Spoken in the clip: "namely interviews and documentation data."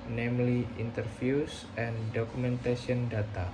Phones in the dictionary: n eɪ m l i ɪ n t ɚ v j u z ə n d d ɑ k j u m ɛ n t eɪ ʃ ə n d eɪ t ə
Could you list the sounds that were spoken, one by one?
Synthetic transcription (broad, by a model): n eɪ m l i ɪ n t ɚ f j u s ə n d d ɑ k u m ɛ n t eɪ s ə n d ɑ t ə